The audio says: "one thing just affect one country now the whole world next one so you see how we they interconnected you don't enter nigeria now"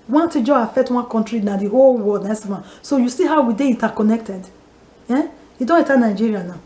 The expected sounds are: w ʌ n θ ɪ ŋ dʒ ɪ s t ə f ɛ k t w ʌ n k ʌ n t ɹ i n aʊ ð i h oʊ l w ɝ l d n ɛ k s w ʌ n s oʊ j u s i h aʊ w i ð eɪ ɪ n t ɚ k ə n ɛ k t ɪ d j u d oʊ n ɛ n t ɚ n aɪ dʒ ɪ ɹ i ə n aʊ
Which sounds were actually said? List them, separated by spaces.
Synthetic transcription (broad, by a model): w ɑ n t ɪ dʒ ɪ ə f ɛ k t w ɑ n k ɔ n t ɹ i n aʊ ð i h oʊ l w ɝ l d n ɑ s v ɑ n s oʊ j u s i h aʊ w i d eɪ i n t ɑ k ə n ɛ k t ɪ d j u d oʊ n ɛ t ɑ n aɪ dʒ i ɹ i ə n aʊ